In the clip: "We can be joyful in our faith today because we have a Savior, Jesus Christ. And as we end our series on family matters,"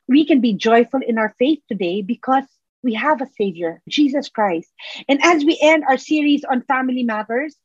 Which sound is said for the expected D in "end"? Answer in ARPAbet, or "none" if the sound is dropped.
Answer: D